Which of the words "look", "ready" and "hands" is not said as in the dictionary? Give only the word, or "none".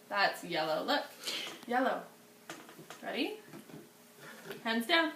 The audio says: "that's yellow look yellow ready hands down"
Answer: none